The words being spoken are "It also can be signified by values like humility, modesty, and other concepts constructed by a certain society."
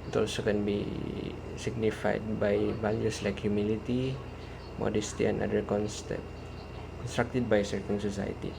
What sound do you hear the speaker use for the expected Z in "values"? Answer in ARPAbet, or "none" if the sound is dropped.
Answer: S